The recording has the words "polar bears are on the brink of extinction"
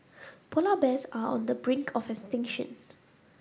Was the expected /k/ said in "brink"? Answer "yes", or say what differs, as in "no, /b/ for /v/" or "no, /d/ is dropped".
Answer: yes